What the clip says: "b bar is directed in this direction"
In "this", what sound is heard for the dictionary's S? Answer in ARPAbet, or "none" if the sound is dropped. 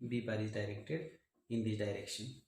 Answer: none